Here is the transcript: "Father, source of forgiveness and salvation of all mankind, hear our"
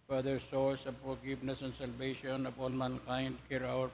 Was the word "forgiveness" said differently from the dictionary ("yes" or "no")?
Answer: yes